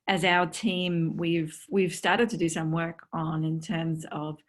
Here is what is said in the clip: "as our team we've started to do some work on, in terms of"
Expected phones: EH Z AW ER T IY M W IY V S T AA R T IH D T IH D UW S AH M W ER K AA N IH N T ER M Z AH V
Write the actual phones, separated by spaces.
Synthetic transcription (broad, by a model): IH Z AW ER T IY M W IY V S T AA R T IH D T IH D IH S AH M W ER K N IH N T ER M Z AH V